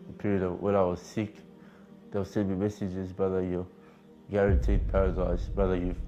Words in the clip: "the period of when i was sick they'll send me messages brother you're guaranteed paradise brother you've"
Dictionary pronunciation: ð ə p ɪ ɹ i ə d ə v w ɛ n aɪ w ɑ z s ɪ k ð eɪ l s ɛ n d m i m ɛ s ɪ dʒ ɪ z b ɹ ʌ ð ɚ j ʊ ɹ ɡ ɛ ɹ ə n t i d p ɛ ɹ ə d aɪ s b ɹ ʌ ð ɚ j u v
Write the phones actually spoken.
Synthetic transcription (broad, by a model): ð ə p ɪ ɹ i ə d ə v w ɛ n aɪ w ɑ z s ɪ k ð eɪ w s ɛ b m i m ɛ s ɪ dʒ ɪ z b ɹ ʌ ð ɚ j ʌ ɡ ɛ ɹ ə n t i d p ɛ ɹ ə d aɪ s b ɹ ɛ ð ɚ j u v